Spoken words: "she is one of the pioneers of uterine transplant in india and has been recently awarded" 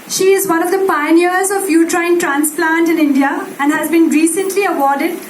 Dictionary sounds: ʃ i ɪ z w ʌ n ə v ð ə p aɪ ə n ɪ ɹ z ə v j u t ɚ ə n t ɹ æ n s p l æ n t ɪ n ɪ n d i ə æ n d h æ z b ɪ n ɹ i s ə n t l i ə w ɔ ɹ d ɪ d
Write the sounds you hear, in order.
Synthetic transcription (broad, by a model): ʃ i ɪ z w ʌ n ə v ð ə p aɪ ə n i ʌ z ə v j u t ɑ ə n t ɹ æ n s p l æ n t ɪ n ɪ n d i ə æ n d h æ z b ɪ n ɹ i s ə n t l i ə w ɔ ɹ d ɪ d